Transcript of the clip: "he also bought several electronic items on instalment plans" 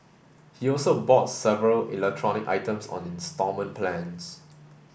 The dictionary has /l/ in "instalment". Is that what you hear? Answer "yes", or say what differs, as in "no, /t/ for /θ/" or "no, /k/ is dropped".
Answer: no, /l/ is dropped